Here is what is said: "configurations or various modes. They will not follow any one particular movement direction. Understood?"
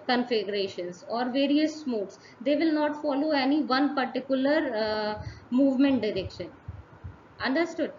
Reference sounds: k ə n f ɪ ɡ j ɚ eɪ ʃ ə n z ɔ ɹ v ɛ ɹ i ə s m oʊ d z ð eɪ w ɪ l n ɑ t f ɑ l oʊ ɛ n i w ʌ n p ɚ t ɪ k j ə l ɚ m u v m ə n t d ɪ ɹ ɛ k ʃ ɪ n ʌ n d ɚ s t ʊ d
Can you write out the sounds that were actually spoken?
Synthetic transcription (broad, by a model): k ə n f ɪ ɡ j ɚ eɪ ʃ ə n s ɔ ɹ v ɛ ɹ i ə s m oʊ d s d eɪ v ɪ l n ɑ t f ɑ l oʊ ɛ n i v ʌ n p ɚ t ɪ k j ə l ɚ m u v m ə n t d ɪ ɹ ɛ k ʃ ɪ n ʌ n d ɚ s t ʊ d